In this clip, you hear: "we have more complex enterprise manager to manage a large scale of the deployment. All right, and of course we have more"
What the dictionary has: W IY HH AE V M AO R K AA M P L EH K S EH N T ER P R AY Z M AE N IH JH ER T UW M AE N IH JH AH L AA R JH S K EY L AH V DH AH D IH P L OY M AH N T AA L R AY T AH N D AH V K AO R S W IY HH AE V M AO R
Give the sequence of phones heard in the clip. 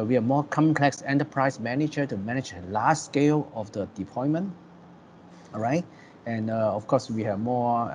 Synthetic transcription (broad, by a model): W IY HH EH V M AO K AA M P L EH K S EH N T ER P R AY S M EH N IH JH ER T UW M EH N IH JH AH L AA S S K EY L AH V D AH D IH P OY M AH N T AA R AY T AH N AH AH F K AO S W IY HH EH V M AO